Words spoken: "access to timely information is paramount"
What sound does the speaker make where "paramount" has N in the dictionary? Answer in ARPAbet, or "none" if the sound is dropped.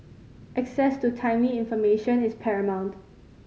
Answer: N